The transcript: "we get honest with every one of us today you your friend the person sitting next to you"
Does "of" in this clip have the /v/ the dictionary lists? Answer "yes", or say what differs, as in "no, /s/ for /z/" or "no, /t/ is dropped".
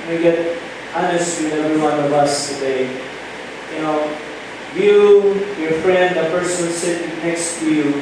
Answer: yes